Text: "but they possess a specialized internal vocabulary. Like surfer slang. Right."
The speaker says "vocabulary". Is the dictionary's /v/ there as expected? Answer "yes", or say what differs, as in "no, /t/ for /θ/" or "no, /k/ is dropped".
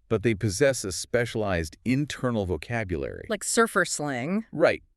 yes